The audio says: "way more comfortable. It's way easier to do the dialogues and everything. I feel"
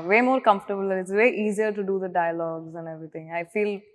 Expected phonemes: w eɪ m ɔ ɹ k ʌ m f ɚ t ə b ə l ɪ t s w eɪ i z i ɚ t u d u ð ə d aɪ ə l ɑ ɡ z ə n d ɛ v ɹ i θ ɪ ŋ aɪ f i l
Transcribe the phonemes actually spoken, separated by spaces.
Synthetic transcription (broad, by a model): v eɪ m ɔ ɹ k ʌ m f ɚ t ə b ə l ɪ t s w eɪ i z i ɚ t u d u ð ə d aɪ ə l ɑ ɡ z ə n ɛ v ɹ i t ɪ ŋ aɪ f i l